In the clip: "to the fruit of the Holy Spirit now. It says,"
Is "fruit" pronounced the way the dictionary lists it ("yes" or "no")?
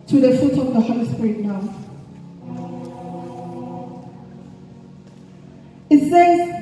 no